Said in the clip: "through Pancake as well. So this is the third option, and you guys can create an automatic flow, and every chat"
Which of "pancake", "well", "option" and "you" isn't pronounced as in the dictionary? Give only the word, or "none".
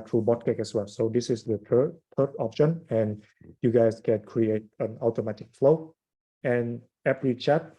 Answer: pancake